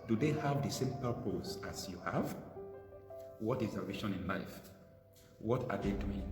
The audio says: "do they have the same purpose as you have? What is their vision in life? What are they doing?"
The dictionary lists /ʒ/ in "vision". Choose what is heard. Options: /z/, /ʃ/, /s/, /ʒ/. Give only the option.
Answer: /ʃ/